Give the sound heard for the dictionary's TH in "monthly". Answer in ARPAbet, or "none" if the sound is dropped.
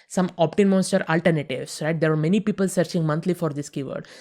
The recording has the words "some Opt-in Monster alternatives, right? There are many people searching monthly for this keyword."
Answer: T